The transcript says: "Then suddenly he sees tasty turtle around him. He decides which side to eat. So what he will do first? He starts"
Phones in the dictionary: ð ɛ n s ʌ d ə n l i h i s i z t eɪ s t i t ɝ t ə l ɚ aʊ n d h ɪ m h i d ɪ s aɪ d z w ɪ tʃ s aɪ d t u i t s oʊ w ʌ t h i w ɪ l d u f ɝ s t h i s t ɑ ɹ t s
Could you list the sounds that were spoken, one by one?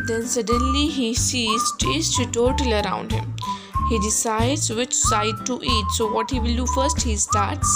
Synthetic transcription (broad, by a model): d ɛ n s ʌ d ə n l i h i s i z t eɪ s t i t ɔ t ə l ɚ aʊ n d h ɪ m h i d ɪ s aɪ d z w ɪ tʃ s aɪ d t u i t s oʊ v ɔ t h i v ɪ l d u f ɝ s t h i s t ɑ ɹ t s